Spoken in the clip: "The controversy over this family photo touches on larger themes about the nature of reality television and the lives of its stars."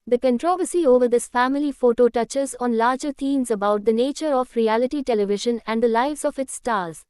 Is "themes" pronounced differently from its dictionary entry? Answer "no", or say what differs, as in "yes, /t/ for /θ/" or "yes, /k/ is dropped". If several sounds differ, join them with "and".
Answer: yes, /t/ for /θ/